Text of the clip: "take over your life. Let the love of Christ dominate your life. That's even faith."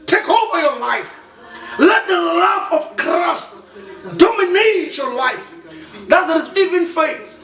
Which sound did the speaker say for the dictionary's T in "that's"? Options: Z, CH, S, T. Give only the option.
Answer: S